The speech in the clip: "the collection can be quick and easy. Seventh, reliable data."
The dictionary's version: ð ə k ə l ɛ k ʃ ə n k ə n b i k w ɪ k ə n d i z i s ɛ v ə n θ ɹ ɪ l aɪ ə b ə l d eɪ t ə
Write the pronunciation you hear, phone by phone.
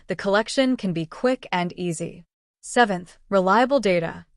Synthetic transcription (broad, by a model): ð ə k ə l ɛ k ʃ ə n k ə n b i k w ɪ k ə n i z i s ɛ v ə n θ ɹ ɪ l aɪ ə b l d eɪ t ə